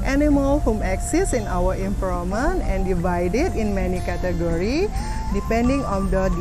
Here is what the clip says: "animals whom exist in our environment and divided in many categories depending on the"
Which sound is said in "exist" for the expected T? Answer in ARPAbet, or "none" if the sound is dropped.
none